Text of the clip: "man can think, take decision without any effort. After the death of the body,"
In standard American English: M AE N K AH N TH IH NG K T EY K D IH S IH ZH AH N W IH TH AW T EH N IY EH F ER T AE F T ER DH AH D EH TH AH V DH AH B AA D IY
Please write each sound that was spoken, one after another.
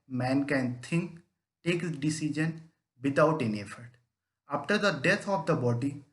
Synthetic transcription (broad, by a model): M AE N K AH N T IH NG K T EY K D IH S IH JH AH N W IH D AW T EH N IY EH F ER T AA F T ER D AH D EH T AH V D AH B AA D IY